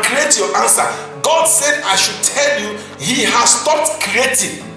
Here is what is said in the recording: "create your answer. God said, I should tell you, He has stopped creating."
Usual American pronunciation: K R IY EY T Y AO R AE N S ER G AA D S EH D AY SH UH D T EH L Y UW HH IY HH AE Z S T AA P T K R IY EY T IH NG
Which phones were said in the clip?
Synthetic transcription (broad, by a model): K R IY EY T Y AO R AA N S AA G AA D S EH D AY SH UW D T EH L Y UW HH IY HH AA S T AA P T K R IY EY T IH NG